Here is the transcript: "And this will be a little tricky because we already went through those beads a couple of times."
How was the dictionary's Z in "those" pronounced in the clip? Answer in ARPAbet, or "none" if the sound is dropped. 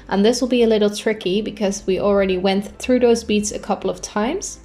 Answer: Z